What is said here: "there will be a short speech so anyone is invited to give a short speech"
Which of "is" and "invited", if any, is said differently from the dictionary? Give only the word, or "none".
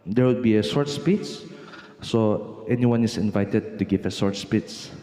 is